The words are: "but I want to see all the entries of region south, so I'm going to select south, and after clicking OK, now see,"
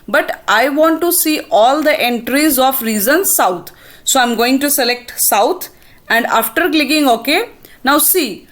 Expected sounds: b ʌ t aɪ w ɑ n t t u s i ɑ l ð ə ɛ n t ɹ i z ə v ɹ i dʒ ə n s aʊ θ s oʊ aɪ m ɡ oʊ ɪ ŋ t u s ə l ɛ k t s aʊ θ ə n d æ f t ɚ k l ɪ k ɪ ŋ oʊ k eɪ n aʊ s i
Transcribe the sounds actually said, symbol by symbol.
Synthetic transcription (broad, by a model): b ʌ t aɪ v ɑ n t t u s i ɑ l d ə ɛ n t ɹ i z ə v ɹ i z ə n s aʊ t s oʊ aɪ m ɡ oʊ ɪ ŋ t u s ə l ɛ k t s aʊ t ə n d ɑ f t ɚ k l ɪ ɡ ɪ ŋ oʊ k eɪ n aʊ s i